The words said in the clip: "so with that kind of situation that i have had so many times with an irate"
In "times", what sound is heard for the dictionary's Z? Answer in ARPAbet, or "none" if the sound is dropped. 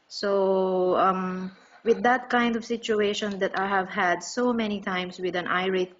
S